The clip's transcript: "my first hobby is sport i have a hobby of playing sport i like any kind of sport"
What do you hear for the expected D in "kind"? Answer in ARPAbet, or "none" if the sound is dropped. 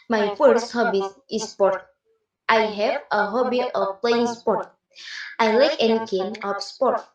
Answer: none